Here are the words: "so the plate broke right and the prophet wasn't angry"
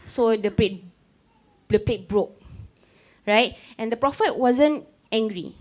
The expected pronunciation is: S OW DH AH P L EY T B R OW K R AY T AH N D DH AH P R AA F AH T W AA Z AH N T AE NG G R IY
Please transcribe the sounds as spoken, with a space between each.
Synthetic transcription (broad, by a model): S OW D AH P L EY T B R OW K R AY T AH N D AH P R AA F AH T W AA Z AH N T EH NG G R IY